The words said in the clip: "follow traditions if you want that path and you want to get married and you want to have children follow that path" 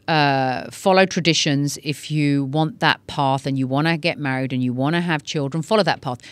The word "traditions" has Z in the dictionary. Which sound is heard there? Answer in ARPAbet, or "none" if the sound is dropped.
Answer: Z